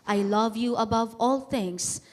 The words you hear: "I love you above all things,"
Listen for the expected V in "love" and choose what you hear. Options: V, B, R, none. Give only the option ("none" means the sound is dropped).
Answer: V